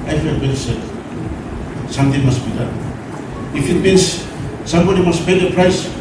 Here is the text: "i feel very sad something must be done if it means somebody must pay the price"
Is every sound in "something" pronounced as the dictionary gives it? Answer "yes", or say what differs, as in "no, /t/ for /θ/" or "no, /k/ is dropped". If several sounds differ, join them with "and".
no, /t/ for /θ/